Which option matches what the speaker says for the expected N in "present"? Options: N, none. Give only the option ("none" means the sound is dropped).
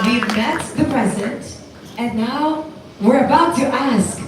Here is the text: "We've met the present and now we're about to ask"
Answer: none